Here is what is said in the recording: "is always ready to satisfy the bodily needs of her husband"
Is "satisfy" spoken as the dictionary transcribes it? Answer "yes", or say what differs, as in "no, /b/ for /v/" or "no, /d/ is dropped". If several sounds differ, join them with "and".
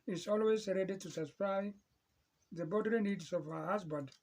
no, /p/ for /f/